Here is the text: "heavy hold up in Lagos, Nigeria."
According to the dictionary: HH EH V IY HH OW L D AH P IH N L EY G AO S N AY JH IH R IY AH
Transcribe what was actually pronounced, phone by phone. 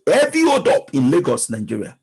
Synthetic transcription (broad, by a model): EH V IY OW D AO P IH N L EY G AO S N AY JH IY R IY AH